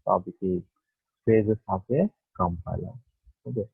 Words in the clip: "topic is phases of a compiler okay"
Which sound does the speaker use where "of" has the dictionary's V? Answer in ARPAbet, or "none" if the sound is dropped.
P